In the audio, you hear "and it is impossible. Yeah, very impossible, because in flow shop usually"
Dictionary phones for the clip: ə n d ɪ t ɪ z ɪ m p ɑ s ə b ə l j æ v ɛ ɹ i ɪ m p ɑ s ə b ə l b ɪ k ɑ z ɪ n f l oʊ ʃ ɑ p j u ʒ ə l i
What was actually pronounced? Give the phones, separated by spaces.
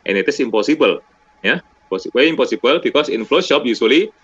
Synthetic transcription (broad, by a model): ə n ɪ t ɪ s ɪ m p ɑ s ə b ə l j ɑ p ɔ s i ɪ m p ɑ s ə b ə l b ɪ k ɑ s ɪ n f l oʊ ʃ ɑ p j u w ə l i